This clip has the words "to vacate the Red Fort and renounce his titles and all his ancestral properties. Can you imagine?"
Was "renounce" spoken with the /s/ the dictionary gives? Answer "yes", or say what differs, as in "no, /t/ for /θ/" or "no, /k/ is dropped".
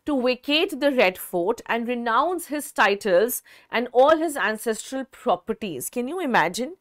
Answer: yes